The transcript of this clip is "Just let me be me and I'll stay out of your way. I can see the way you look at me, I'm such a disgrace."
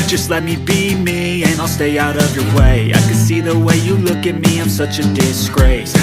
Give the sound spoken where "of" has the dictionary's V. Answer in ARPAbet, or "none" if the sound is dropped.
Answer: V